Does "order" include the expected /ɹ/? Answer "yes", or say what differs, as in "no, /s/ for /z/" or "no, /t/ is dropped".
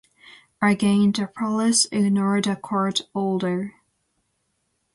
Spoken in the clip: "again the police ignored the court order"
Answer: no, /l/ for /ɹ/